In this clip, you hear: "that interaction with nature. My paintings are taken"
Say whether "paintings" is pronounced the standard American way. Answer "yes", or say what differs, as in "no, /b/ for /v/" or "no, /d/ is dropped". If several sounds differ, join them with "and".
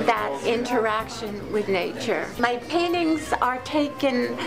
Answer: yes